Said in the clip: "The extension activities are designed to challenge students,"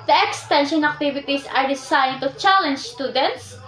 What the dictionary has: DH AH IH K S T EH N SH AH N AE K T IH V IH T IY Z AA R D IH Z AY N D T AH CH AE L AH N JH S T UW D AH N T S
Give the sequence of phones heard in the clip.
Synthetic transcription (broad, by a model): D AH IH K S T EH N SH AH N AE K T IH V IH T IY S AA R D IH S AY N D T AH CH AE L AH N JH S T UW D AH N T S